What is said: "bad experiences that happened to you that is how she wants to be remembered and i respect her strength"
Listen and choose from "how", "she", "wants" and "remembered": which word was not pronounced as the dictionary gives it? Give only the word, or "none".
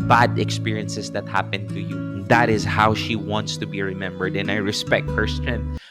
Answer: none